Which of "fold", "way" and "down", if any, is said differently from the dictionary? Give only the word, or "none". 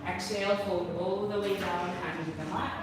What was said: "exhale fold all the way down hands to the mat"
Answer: fold